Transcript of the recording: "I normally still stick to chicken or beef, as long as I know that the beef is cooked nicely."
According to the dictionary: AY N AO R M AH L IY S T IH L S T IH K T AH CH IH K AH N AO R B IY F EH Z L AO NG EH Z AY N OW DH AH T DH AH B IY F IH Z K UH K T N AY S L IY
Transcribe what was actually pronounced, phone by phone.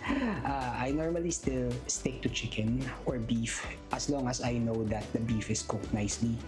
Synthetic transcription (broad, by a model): AY N AO R M AH L IY S T IH L S T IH K T AH CH IH K AH N AO R B IY F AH S L AO NG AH S AY N OW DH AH T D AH B IY F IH S K UH K T N AY S L IY